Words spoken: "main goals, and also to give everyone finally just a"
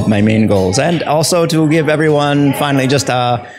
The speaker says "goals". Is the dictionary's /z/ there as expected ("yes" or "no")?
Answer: yes